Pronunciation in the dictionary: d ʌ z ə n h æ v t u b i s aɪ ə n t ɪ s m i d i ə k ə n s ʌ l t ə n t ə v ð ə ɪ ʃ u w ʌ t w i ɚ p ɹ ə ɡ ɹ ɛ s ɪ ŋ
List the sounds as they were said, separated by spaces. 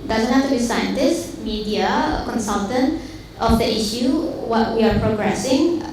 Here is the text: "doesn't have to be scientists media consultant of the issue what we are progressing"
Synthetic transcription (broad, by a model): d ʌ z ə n h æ f t u b i s aɪ ə n t ɪ s m i d i ə k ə n s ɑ l t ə n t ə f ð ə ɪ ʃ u w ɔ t w i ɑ p ɹ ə ɡ ɹ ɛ s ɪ ŋ